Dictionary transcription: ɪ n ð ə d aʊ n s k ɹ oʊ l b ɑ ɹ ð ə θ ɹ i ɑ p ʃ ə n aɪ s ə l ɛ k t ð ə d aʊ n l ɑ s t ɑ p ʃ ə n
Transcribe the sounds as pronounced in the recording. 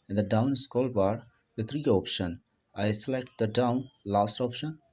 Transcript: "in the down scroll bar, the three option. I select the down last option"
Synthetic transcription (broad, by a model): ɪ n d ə d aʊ n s k oʊ l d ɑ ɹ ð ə t ɹ i ɑ p ʃ ə n aɪ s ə l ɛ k t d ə d aʊ n l ɑ s t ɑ p ʃ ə n